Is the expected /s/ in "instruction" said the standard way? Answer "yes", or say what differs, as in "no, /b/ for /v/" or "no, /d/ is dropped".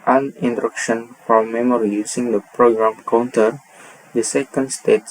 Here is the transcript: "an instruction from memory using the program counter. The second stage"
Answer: no, /s/ is dropped